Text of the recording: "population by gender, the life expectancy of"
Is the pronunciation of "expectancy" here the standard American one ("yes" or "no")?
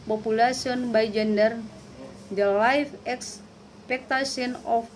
no